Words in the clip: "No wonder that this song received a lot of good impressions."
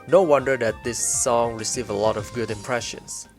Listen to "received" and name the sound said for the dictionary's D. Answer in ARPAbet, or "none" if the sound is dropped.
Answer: none